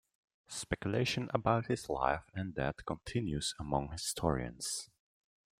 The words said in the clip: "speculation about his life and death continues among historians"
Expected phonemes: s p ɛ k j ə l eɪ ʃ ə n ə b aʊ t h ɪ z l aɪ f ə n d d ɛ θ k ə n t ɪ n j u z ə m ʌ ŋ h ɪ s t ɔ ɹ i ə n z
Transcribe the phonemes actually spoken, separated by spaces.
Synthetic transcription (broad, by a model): s p ɛ k j ə l eɪ ʃ ə n ə b aʊ t h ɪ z l aɪ f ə n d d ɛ t k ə n t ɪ n j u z ə m ʌ ŋ h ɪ s t ɔ ɹ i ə n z